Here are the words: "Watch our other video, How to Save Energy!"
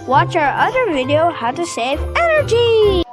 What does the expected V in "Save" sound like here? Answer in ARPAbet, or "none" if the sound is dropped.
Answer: V